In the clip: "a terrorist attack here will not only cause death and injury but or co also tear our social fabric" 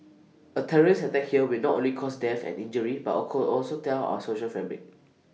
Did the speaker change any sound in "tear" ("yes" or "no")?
yes